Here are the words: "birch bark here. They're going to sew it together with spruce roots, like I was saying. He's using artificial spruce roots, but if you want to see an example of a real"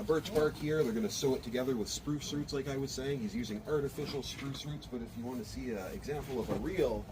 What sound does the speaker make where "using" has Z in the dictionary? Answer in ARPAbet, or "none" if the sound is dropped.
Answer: Z